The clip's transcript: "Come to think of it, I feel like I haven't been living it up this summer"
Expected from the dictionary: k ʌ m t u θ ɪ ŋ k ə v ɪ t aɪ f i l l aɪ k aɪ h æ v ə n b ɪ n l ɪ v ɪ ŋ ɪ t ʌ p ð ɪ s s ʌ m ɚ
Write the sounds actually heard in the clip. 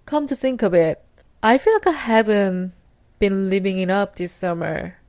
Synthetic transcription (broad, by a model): k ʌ m t u θ ɪ ŋ k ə b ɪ t aɪ f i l l aɪ k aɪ h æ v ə n b ɪ n l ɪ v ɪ ŋ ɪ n ʌ p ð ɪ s s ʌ m ɚ